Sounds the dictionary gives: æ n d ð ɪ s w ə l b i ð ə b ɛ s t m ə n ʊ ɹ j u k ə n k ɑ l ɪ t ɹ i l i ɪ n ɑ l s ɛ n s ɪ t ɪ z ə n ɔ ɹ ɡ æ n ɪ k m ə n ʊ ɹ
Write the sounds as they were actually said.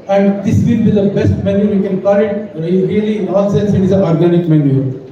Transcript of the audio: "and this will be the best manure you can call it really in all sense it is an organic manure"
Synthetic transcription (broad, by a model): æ n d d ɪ s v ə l b i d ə b ɛ s t m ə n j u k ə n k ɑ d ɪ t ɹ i l i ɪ n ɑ n s ɛ n s ɪ t ɪ z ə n ɔ ɹ ɡ æ n ɪ k m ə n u